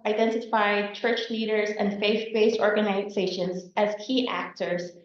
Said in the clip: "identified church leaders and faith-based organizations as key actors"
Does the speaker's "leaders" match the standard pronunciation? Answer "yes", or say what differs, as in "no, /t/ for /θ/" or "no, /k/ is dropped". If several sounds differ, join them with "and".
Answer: yes